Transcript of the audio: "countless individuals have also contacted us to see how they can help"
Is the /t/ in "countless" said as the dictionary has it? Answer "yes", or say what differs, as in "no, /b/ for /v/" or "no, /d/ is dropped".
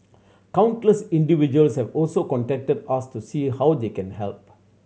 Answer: yes